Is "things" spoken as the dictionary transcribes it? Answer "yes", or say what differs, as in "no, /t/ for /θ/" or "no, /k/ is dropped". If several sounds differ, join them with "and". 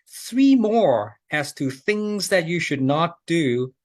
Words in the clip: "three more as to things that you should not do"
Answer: yes